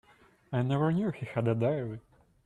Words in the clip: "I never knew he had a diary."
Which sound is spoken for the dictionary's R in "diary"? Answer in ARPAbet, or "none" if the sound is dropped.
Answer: L